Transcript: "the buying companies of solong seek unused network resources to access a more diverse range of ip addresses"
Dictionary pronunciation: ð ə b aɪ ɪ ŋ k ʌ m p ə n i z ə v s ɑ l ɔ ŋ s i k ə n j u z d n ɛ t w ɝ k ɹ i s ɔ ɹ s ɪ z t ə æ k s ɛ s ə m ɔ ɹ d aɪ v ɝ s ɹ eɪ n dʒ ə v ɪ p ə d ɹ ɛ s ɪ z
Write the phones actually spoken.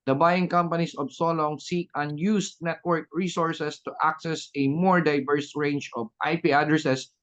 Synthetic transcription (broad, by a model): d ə b aɪ ɪ ŋ k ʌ m p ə n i s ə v s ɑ l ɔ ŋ s i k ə n j u s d n ɛ t w ɝ k ɹ i s ɔ ɹ s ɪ s t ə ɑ k s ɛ s ə m ɔ ɹ d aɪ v ɝ s ɹ eɪ n dʒ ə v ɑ p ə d ɹ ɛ s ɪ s